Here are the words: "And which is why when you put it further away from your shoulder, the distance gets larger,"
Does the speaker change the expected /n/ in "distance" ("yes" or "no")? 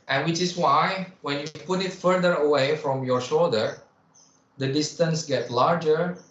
no